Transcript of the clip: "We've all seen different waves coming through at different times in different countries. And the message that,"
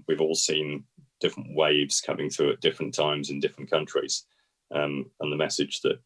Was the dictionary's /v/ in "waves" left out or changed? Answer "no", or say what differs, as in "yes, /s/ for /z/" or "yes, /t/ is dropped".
no